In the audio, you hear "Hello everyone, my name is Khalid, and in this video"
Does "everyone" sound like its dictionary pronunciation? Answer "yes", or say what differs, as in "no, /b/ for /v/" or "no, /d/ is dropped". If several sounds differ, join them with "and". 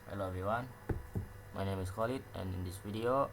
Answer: no, /ɹ/ is dropped